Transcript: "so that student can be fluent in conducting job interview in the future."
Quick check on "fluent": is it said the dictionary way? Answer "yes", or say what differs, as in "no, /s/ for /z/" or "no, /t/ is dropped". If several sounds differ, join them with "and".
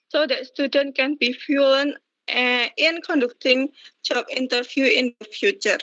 no, /l/ is dropped